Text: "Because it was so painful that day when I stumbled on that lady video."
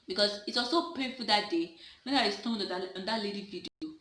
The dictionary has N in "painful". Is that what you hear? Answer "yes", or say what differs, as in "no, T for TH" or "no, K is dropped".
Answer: no, N is dropped